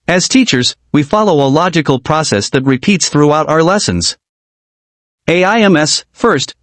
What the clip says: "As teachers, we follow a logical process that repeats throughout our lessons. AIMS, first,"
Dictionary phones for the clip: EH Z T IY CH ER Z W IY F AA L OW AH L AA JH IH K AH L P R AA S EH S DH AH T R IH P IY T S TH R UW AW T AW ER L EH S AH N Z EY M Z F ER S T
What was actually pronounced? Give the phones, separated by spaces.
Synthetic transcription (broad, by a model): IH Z T IY CH ER Z W IY F AA L OW AH L AA JH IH K L P R AA S EH S DH AH T R IH P IY T S TH R UW AW T AW ER L EH S AH N Z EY M S F ER S T